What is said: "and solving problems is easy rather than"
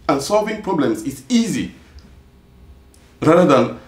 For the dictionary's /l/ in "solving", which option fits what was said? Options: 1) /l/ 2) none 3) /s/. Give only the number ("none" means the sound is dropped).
1